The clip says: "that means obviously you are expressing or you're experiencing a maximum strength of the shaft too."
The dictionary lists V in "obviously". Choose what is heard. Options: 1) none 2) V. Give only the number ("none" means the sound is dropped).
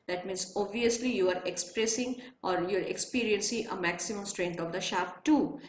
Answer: 2